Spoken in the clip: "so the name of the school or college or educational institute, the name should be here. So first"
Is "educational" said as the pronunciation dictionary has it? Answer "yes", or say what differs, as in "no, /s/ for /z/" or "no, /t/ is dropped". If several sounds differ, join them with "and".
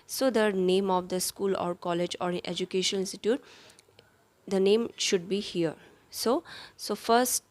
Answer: no, /n/ is dropped and /n/ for /l/